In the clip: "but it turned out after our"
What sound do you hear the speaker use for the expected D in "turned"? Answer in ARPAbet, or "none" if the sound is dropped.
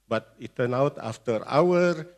none